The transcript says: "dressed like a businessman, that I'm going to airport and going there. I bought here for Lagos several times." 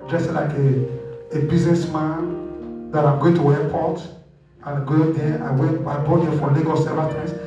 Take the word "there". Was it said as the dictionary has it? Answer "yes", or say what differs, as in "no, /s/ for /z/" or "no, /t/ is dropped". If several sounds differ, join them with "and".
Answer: no, /w/ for /ɹ/